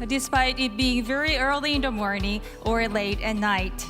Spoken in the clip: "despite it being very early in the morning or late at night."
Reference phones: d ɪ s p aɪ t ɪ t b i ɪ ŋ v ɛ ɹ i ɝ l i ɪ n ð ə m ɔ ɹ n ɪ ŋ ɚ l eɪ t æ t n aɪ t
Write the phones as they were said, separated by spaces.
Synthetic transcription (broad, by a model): d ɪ s p aɪ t ɪ t b i ɪ ŋ v ɛ ɹ i ɝ l i ɪ n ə m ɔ ɹ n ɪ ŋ ɚ l eɪ t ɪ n aɪ t